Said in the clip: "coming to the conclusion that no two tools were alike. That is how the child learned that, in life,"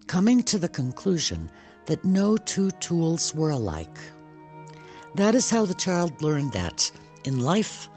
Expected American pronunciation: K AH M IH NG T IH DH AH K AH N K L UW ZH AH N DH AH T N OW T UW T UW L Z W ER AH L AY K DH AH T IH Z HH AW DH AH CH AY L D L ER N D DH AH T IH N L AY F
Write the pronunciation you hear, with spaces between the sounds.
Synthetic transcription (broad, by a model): K AH M IH NG T IH DH AH K AH N K L UW ZH AH N DH AH T N OW T UW T UW L Z W ER AH L AY K DH AH T IH Z HH AW DH AH CH AY L D L ER N DH AH T IH N L AY F